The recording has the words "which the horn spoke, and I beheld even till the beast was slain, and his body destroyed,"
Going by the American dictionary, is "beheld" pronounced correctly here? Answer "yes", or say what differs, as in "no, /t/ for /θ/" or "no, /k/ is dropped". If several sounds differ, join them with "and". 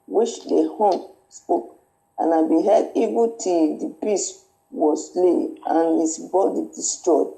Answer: no, /l/ is dropped